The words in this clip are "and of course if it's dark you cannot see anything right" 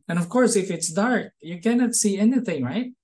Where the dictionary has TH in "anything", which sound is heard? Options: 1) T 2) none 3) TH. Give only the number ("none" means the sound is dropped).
3